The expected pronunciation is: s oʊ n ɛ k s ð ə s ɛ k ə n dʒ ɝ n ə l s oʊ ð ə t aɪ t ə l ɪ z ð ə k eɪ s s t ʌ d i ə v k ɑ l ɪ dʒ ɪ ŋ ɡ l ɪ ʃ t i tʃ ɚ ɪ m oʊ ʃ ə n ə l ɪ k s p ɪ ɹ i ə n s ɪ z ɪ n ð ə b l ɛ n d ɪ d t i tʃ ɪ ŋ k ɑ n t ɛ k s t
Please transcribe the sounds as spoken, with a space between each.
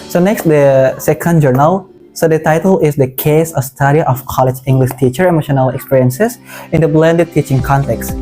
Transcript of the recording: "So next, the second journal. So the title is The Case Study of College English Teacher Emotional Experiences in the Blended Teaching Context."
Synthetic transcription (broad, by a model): s oʊ n ɛ k s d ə s ɛ k ə n dʒ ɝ n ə l s oʊ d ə t aɪ t ə l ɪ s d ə k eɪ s s t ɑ d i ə f k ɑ l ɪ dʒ ɪ ŋ ɡ l ɪ ʃ t i tʃ ɚ ɪ m oʊ ʃ ə n ə l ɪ k s p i ɹ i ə n s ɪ s ɪ n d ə b l ɛ n d ɪ d t i tʃ ɪ ŋ k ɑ n t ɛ k s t